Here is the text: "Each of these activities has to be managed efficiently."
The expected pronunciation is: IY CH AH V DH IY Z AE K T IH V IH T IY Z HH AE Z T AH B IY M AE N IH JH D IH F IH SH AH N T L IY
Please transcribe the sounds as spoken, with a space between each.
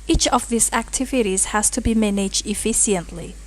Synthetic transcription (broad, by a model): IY CH AH V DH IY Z AE K T IH V IH T IY Z HH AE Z T AH B IY M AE N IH JH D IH F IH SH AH N T L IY